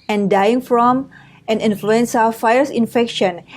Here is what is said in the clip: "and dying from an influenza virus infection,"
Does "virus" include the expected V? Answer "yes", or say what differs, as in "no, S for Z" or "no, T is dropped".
no, F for V